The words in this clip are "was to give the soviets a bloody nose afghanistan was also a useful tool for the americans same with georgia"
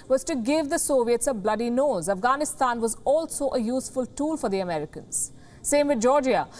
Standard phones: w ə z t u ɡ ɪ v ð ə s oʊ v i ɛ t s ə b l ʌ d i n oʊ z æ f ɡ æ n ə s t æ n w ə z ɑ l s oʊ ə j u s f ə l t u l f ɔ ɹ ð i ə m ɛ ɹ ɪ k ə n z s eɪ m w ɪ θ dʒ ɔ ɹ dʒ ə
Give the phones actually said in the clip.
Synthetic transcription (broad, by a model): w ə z t u ɡ ɪ v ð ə s oʊ v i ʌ t s ə b l ʌ d i n oʊ z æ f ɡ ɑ n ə s t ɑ n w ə z ɑ l s oʊ ə j u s f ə l t u l f ɔ ɹ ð i ə m ɛ ɹ ɪ k ə n z s eɪ m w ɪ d dʒ ɔ ɹ dʒ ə